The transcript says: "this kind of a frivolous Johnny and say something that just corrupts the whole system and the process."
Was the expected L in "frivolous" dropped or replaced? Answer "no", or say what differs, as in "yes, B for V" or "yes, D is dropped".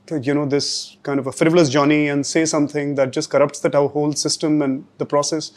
no